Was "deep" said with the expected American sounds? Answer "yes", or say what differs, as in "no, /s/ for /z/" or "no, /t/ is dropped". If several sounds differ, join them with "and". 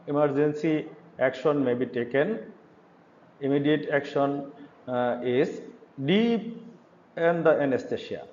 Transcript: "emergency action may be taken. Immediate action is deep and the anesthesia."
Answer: no, /p/ is dropped